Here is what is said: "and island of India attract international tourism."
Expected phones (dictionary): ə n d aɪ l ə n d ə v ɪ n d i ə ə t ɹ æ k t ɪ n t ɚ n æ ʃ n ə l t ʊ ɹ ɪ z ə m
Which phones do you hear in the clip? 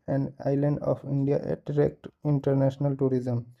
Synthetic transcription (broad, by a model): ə n d aɪ l ə n d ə p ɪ n d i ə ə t ɹ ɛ k t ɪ n t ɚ n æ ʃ n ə l t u ɹ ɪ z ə m